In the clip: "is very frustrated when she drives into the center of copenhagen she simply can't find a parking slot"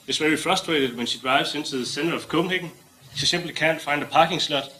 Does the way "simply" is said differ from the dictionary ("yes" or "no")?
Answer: yes